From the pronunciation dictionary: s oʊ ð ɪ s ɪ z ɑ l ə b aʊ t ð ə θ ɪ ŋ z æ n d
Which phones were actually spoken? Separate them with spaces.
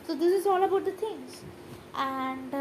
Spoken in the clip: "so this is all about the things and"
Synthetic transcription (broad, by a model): s oʊ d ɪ s ɪ z ɑ l ə b aʊ t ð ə t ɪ ŋ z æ n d